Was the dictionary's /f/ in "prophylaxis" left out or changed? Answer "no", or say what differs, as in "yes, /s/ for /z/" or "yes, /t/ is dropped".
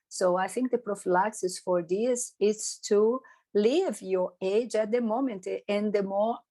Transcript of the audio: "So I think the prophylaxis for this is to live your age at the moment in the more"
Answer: no